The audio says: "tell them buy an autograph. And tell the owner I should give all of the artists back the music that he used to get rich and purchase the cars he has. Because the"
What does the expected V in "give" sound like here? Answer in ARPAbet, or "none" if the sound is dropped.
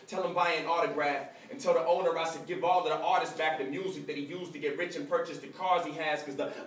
V